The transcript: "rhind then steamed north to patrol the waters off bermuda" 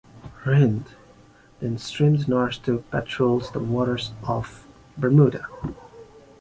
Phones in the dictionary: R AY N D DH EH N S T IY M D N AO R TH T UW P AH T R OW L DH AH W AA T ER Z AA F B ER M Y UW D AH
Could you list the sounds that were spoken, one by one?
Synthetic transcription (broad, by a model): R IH N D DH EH N S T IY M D N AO R S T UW P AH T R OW L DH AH W AA T ER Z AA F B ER M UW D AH